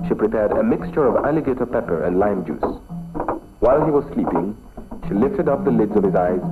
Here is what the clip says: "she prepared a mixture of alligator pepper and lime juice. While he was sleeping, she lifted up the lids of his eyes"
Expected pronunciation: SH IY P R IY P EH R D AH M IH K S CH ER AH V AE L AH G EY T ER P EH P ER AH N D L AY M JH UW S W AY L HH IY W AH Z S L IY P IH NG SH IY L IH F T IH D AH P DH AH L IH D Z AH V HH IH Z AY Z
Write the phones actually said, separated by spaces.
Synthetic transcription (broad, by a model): SH IY P R IY P EH R D AH M IH K S CH ER AH V AE L AH G EY T ER P EH P ER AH N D L AY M JH UW S W AY L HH IY W AH Z S L IY P IH NG SH IY L IH F T IH D AH P DH AH L IH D Z AH V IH Z AY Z